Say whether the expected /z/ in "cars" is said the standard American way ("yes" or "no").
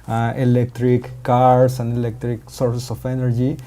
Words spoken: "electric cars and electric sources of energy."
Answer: no